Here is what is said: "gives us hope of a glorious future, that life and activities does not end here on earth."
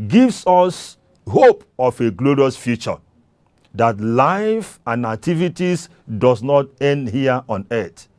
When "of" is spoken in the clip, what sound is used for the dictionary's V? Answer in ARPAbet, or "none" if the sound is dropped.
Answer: F